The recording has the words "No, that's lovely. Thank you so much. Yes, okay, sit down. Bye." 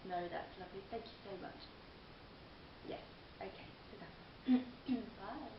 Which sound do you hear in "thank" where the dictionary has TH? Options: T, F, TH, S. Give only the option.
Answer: TH